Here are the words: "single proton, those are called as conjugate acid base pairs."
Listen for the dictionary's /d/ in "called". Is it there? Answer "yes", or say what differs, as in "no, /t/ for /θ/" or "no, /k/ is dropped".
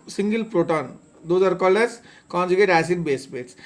no, /d/ is dropped